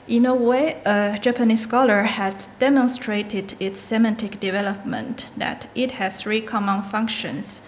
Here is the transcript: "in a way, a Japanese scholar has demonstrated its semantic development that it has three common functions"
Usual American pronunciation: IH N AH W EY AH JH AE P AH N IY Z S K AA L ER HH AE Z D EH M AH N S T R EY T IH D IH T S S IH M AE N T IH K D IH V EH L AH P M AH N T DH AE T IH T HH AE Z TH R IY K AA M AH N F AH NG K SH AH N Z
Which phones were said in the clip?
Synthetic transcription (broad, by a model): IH N AH W EY AH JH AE P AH N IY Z S K AA L ER HH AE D D EH M AH N S T R EY T IH D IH T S S IH M AE N T IH K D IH V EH L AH P M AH N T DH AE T IH T HH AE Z TH R IY K AA M AH N F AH NG K SH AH N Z